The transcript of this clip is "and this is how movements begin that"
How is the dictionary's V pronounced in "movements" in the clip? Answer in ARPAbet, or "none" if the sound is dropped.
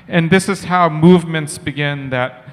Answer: V